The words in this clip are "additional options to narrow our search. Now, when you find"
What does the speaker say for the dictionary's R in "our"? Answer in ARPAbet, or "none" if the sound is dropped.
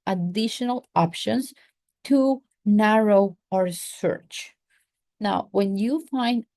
R